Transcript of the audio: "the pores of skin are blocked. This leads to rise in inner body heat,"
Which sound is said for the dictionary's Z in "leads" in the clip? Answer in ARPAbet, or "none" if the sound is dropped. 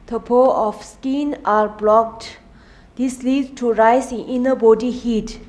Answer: none